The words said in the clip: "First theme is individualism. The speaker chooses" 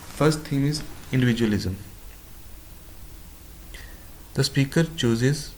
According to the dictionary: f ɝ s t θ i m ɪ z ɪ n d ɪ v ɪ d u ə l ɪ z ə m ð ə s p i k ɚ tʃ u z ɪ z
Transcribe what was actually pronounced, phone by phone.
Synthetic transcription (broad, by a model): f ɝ s t t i m ɪ z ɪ n d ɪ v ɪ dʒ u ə l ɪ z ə m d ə s p i k ɚ tʃ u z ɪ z